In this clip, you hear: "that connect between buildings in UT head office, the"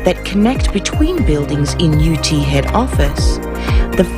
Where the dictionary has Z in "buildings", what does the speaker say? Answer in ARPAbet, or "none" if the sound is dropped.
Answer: Z